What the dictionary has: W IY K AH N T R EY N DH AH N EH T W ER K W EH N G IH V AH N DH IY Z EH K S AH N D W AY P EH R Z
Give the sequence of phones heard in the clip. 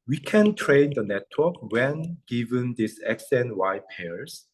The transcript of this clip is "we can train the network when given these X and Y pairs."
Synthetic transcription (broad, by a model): W IY K AH N T R EY N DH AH N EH T W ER K W EH N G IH V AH N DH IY S EH K S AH N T W AY P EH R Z